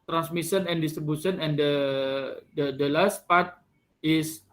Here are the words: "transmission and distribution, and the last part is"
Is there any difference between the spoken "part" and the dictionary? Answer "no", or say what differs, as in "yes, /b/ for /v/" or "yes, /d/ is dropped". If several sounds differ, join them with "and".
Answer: no